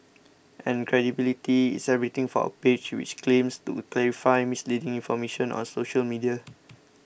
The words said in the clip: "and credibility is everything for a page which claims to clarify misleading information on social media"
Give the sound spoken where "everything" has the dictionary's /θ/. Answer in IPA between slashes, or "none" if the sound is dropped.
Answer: /t/